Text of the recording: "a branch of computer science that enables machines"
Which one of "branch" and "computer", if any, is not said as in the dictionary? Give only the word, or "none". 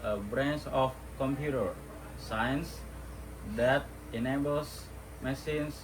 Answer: branch